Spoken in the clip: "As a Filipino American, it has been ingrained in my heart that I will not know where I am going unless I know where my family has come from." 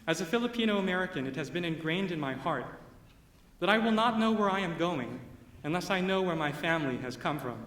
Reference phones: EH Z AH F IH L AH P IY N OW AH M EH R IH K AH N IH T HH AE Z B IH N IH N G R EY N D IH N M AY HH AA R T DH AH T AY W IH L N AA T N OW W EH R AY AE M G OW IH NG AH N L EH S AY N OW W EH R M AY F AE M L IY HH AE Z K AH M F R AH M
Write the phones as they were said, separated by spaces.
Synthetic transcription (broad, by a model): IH Z AH F IH L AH P IY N OW AH M EH R IH K AH N IH T HH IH Z B IH N IH N G R EY N D IH N M AY HH AA R T DH AH T AY W IH L N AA T N OW W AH R AY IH M G OW IH NG AH N L EH S AY N OW W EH R M AY F AE M L IY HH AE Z K AH M F R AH M